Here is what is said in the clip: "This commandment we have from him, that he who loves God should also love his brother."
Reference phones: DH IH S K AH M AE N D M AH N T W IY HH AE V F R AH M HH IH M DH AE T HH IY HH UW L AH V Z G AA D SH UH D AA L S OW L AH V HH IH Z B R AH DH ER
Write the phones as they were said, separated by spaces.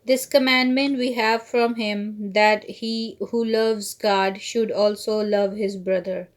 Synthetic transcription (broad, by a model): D IH S K AH M AE N D M AH N T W IY HH AE V F R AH M HH IH M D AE T HH IY HH UW L AH V Z G AA D SH UH D AA L S OW L AH V HH IH Z B R AH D ER